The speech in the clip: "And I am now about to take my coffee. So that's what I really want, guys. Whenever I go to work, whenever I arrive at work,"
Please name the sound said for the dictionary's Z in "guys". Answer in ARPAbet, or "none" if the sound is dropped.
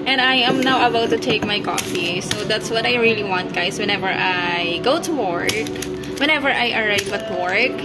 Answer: S